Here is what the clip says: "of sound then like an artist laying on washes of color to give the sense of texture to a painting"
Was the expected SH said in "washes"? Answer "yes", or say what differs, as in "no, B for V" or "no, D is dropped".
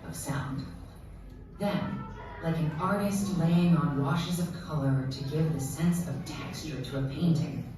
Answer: yes